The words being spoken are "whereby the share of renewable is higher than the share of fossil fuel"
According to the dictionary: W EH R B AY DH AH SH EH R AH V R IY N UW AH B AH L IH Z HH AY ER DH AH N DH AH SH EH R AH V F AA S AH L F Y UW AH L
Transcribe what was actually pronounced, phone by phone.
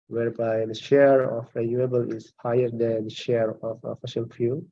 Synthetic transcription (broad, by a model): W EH R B AY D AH SH EH R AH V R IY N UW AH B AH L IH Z HH AY ER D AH N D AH SH EH R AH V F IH SH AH L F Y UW